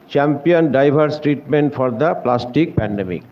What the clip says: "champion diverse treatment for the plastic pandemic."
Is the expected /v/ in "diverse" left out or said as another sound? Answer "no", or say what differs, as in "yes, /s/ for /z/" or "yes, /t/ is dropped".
yes, /b/ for /v/